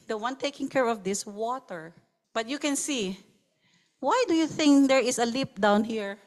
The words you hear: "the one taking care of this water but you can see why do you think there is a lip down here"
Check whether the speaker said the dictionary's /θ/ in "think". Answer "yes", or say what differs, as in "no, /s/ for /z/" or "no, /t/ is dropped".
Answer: yes